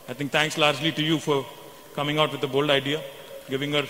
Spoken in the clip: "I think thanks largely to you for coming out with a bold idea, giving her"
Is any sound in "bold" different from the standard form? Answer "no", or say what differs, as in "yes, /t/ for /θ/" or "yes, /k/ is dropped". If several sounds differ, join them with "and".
no